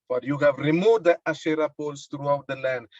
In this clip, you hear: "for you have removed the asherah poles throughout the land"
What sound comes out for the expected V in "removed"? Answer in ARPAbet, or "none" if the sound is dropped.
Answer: none